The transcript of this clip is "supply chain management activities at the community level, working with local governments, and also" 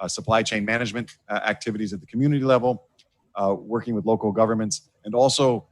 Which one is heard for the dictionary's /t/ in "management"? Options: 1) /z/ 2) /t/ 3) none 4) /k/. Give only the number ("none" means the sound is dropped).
2